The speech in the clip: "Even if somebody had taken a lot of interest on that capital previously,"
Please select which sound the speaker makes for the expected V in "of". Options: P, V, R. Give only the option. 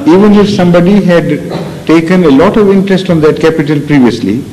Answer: V